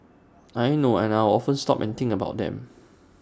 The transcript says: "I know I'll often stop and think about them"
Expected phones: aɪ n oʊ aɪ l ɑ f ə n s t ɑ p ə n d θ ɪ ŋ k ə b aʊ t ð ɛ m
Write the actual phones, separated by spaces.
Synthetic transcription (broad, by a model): aɪ n oʊ aɪ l ɑ f ə n s t ɑ p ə n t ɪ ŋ ə b aʊ t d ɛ m